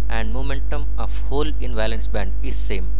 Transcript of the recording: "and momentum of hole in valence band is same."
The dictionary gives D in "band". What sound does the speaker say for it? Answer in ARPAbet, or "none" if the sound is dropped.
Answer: D